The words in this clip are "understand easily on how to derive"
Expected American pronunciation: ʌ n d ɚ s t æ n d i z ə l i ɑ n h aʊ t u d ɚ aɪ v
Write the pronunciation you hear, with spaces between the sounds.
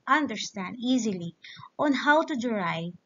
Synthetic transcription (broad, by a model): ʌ n d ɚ s t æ n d i z ə l i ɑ n h aʊ t u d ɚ aɪ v